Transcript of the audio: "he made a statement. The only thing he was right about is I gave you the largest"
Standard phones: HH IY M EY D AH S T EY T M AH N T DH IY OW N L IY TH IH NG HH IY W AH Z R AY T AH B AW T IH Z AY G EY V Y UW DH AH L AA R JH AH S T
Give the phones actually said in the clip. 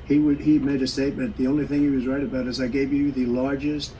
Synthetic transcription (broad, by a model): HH IY M EY D AH S T EY T M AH N DH IY OW N L IY TH IH NG HH IY W AH Z R AY T AH B AW T IH Z AY G EY V Y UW DH AH L AA R JH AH S T